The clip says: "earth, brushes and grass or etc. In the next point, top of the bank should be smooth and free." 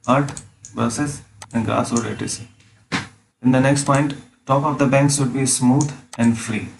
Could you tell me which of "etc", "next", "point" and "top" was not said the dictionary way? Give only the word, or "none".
etc